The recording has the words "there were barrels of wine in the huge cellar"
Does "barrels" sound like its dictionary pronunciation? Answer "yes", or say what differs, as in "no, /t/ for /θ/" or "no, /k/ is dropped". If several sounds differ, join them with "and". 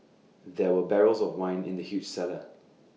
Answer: yes